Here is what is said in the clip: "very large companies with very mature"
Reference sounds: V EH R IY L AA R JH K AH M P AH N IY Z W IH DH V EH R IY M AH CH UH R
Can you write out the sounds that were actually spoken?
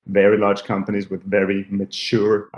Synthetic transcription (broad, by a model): V EH R IY L AA R JH K AH M P AH N IY Z W IH DH V EH R IY M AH CH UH R